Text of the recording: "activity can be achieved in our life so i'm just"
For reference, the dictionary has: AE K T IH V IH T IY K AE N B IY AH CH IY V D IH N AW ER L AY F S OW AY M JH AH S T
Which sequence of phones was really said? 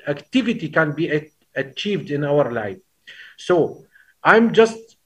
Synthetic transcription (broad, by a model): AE K T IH V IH T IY K AE N B IY AH CH IY V D IH N AW ER L AY F S OW AY M JH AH S T